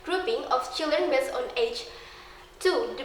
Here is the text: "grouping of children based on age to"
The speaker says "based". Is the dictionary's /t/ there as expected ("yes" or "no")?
no